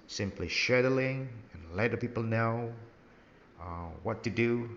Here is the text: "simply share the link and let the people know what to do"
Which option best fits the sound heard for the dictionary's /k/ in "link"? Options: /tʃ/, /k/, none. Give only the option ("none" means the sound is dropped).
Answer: none